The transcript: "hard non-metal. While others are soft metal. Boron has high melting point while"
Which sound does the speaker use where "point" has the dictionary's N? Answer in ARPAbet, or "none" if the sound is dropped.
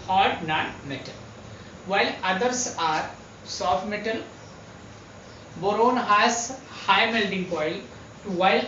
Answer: L